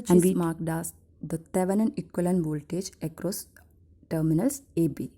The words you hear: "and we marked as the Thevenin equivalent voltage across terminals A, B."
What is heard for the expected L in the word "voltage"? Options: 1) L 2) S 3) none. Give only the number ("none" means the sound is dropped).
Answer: 1